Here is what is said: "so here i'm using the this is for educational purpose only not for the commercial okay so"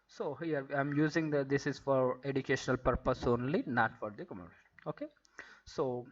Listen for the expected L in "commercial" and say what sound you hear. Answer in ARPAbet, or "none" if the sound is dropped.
N